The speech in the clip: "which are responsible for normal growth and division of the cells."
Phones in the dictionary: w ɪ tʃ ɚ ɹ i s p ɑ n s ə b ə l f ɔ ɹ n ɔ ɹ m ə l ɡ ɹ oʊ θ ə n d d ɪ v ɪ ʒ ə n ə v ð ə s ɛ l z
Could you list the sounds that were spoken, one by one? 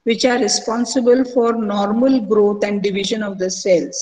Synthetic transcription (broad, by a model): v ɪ tʃ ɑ ɹ i s p ɑ n s ə b ə l f ɔ ɹ n ɔ ɹ m ə l ɡ ɹ oʊ t ə n d d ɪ v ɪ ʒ ə n ə v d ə s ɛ l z